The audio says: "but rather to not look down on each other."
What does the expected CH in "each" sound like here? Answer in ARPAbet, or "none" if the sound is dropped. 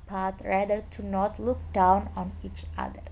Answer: CH